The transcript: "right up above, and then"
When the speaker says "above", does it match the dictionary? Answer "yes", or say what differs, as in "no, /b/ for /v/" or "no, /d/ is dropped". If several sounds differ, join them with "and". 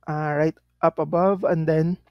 yes